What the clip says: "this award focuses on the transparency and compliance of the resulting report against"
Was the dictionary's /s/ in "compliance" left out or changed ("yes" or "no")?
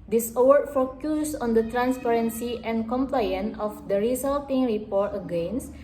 yes